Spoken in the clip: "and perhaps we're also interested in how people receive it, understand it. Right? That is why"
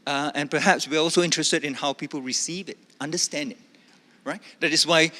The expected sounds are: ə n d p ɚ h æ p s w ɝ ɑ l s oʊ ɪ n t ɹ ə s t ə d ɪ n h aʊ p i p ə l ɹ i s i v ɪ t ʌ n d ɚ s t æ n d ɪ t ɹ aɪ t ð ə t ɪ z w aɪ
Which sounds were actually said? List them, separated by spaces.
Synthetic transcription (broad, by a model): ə n p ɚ h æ p s w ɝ ɑ l s oʊ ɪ n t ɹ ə s t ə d ɪ n h aʊ p i p ə l ɹ i s i v ɪ t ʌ n d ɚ s t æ n d ɪ t ɹ aɪ t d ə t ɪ s w aɪ